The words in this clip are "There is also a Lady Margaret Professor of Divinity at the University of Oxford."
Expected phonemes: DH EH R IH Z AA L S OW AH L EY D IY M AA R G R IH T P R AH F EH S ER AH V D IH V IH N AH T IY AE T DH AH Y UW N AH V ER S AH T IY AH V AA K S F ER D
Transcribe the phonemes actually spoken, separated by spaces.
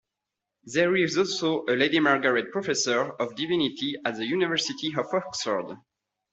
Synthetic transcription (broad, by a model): DH EH R IH Z AA L S OW AH L EY D IY M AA R G R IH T P R AH F EH S ER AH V D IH V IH N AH T IY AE T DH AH Y UW N AH V ER S AH T IY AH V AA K S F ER D